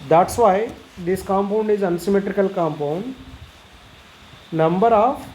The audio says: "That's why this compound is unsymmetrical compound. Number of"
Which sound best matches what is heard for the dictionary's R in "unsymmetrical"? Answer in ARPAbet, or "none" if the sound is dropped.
R